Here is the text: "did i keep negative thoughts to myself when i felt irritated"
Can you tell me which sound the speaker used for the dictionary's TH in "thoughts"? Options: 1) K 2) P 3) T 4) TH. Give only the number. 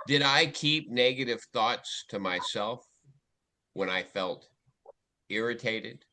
4